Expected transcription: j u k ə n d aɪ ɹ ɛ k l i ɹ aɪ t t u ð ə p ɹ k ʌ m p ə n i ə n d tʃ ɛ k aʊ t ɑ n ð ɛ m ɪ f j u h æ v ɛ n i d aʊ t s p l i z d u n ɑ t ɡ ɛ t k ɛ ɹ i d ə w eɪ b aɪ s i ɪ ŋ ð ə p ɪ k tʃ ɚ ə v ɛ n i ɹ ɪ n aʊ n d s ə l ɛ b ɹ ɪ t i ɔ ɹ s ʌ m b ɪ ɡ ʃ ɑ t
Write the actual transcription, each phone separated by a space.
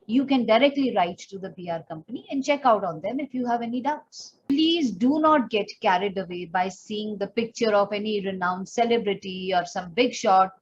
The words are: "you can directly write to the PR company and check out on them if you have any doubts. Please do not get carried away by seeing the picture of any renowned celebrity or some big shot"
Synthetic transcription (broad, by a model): j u k ə n d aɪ ɹ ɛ k l i ɹ aɪ t t u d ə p ɹ k ʌ m p ə n i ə n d tʃ ɛ k aʊ t ɑ n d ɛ m ɪ f j u h æ v ɛ n i d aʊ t s p l i z d u n ɑ t ɡ ɛ t k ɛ ɹ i d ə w eɪ b aɪ s i ɪ ŋ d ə p ɪ k tʃ ɚ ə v ɛ n i ɹ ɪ n aʊ n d s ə l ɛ b ɹ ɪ t i ɔ ɹ s ʌ m b ɪ ɡ ʃ ɑ t